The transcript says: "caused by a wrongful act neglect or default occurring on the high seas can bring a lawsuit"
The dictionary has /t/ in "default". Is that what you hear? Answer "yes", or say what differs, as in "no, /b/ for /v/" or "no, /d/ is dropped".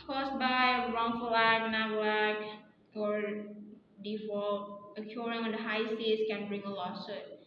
no, /t/ is dropped